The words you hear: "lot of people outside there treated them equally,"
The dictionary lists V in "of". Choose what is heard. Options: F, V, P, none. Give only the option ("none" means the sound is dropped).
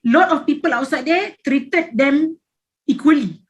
F